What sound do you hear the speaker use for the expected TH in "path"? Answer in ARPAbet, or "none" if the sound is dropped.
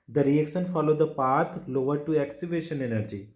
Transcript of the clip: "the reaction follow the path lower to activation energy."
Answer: T